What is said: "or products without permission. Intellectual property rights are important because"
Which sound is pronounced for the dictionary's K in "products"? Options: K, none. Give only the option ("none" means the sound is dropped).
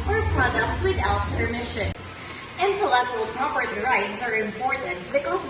none